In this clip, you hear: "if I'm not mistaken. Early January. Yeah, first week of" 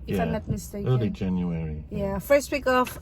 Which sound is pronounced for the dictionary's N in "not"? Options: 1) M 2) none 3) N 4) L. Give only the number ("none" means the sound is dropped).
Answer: 4